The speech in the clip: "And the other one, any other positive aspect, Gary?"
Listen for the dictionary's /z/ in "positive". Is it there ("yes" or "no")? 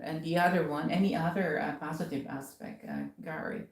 yes